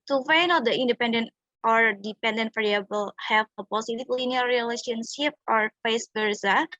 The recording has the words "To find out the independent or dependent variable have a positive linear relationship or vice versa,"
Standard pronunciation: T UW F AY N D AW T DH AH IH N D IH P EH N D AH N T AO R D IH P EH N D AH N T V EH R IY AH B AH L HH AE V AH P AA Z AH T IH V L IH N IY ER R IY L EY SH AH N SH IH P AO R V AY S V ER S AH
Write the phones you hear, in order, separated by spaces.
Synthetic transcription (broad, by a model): T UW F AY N AW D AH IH N D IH P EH N D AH N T AO R D IH P EH N D AH N T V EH R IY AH B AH L HH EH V AH P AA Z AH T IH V L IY N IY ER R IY L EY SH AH N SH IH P AO R F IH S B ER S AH